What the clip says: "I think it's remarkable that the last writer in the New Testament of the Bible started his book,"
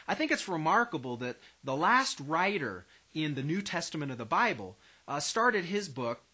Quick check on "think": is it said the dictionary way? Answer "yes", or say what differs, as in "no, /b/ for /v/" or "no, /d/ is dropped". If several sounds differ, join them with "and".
yes